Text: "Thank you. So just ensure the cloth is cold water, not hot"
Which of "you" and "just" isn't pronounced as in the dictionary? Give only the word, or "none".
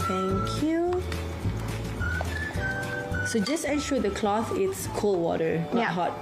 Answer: none